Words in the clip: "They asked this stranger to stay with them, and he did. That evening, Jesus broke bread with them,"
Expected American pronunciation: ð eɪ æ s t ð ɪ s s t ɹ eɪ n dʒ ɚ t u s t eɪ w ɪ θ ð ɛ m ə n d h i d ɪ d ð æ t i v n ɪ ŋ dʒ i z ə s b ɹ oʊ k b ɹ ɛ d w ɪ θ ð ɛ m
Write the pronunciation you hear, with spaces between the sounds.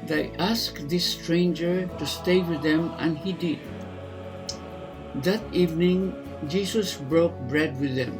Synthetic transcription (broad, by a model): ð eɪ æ s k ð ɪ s s t ɹ eɪ n dʒ ɚ t u s t eɪ w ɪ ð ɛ m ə n h i d ɪ d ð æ t i v n ɪ ŋ dʒ i s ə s b ɹ oʊ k b ɹ ɛ d w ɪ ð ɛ m